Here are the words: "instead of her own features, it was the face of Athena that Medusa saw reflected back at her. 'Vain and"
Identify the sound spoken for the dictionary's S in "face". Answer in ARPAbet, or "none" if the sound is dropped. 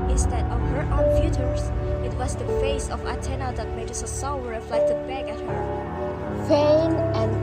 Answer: S